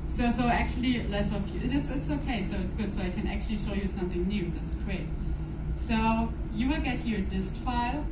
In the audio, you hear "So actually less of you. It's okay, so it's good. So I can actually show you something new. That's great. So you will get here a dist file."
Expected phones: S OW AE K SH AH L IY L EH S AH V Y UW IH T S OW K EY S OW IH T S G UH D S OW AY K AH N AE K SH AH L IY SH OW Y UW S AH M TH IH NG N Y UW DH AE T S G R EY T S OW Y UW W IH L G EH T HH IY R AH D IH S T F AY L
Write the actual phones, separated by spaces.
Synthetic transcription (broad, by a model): S OW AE K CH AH L IY L EH S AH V Y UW IH T S OW K EY S OW IH T S G UH D S OW AY K AH N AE K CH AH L IY SH OW Y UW S AH M TH IH NG N Y UW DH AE T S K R EY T S OW Y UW W IH L G EH T HH IY R AH D IH S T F AY L